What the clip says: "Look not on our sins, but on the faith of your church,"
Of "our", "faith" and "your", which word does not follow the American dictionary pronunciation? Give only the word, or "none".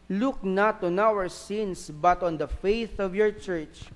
none